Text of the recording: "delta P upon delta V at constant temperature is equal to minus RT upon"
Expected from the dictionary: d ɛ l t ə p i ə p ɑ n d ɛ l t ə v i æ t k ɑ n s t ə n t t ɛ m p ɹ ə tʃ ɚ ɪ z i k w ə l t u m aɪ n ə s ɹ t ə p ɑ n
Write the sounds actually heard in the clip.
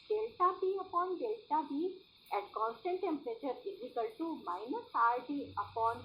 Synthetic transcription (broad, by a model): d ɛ l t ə b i ə p ɑ n d ɛ l t ə b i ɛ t k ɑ n s t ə n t t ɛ m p ɹ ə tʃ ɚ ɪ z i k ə l t u m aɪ n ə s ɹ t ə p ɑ n